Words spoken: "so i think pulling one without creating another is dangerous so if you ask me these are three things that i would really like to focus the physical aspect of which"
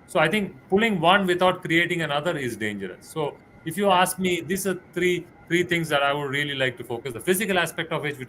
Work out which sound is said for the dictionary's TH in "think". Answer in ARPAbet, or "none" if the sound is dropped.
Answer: T